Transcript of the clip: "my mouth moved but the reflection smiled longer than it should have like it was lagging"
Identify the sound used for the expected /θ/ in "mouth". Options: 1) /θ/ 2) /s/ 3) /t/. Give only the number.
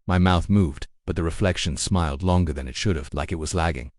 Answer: 1